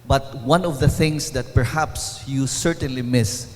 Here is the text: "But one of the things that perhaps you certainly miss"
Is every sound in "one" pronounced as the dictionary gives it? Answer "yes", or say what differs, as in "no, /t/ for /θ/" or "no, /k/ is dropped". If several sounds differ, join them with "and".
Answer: yes